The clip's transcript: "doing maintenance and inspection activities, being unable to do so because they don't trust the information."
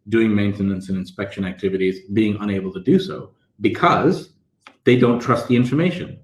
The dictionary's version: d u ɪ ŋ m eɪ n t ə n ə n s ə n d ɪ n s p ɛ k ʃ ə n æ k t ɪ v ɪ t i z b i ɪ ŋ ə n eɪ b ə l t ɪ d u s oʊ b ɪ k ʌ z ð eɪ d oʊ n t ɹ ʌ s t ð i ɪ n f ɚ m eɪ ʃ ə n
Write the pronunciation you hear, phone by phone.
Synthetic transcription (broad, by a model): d u ɪ ŋ m eɪ n t ə n ə n s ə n ɪ n s p ɛ k ʃ ə n æ k t ɪ v ɪ t i z b i ɪ ŋ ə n eɪ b l t ɪ d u s oʊ b ɪ k ʌ z ð eɪ d oʊ n t ɹ ʌ s t ð i ɪ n f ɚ m eɪ ʃ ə n